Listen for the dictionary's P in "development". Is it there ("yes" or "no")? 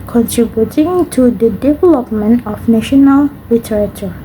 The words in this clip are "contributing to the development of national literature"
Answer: yes